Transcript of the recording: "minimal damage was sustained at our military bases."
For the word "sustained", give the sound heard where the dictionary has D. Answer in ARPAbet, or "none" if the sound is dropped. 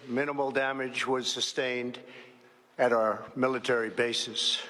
D